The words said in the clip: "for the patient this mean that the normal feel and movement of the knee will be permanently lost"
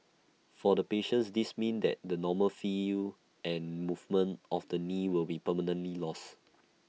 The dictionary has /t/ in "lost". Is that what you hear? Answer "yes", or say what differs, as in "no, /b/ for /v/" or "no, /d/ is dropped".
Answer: no, /t/ is dropped